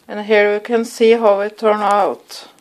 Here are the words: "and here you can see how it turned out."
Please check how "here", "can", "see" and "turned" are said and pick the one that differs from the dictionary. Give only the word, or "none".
turned